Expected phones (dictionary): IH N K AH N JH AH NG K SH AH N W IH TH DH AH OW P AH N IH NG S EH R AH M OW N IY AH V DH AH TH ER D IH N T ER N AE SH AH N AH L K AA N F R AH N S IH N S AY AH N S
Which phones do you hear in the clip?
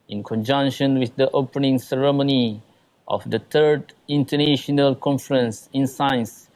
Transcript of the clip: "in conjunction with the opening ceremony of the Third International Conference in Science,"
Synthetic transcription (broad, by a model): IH N K AH N JH AH NG K SH AH N W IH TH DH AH OW P AH N IH NG S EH R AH M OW N IY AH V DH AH T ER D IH N T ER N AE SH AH N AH L K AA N F R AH N S IH N S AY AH N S